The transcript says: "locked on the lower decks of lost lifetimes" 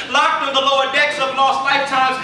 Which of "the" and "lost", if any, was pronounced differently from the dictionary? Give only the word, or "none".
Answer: lost